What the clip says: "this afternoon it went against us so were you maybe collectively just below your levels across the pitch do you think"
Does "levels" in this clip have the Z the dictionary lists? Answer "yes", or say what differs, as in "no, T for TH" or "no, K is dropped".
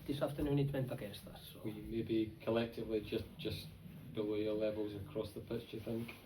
yes